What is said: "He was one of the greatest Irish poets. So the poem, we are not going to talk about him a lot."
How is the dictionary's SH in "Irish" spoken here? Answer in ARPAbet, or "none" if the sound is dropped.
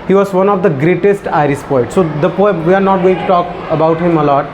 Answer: S